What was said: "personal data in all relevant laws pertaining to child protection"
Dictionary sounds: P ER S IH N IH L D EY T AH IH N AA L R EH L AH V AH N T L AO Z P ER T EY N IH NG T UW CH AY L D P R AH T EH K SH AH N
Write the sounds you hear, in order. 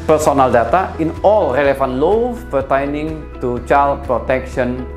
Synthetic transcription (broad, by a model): P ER S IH N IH L D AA T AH IH N AA L R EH L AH F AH N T L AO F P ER T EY N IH NG T UW CH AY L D P R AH T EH K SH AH N